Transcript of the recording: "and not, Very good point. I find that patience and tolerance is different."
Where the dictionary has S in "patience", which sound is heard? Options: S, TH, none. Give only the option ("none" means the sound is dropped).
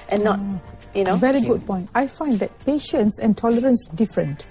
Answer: S